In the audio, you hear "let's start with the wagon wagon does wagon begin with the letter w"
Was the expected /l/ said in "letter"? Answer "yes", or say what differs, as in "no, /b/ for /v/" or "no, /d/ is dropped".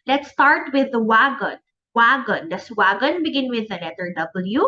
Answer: no, /n/ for /l/